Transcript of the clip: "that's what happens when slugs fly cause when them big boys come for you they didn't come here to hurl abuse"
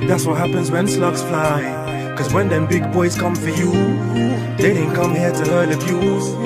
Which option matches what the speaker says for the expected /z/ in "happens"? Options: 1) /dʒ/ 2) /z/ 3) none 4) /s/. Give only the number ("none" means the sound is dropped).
2